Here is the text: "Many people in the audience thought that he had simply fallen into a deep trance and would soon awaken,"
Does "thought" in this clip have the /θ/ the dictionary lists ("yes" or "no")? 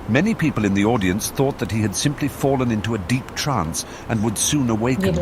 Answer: yes